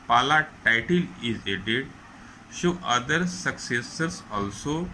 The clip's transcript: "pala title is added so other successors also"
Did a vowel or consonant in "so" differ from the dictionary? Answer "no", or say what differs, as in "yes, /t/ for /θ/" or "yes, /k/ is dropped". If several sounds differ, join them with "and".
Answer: yes, /ʃ/ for /s/